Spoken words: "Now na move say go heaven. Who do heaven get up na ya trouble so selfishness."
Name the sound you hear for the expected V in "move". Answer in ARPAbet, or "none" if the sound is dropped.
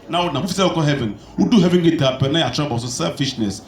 F